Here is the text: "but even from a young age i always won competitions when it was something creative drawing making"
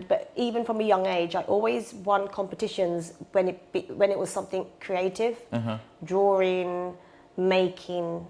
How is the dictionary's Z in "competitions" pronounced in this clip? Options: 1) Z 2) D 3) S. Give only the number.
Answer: 1